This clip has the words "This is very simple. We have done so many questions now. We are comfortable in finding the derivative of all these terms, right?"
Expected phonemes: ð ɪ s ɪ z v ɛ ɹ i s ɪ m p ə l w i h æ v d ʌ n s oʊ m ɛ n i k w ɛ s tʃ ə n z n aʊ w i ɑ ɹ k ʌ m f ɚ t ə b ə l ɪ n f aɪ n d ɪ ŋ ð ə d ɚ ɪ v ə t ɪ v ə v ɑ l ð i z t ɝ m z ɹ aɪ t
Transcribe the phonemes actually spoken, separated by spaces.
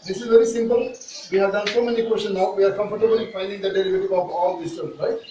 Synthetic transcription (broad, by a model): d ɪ s ɪ z v ɛ ɹ i s ɪ m p ə l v i h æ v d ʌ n s oʊ m ɛ n i k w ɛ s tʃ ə n n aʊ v i ɑ ɹ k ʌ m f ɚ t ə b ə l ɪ f aɪ n d ɪ ŋ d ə d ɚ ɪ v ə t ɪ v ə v ɑ l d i s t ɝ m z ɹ aɪ t